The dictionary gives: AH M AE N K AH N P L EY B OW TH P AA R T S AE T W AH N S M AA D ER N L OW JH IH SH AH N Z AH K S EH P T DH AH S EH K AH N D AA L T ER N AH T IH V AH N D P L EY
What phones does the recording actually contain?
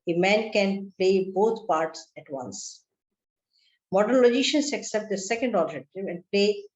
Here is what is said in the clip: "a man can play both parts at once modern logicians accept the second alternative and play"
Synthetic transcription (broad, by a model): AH M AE N K AH N P L EY B OW T P AA R T S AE T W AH N S M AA D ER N L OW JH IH SH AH N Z AH K S EH P T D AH S EH K AH N D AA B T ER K T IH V AH N D P L EY